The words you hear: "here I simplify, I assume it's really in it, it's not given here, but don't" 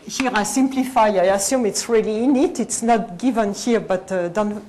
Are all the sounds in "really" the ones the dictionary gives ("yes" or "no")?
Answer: yes